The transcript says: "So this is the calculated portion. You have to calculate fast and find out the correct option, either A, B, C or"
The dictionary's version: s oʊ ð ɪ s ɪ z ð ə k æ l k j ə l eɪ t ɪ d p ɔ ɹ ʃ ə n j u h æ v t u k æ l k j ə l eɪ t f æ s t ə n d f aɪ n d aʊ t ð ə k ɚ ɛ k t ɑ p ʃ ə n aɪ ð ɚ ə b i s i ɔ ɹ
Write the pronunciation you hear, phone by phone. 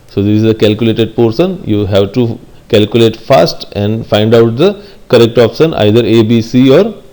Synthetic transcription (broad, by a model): s oʊ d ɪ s ɪ z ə k æ l k j ə l eɪ t ɪ d p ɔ ɹ s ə n j u h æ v t u k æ l k j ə l eɪ t f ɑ s t ə n d f aɪ n d aʊ t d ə k ɚ ɛ k t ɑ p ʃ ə n aɪ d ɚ ə b i s i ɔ ɹ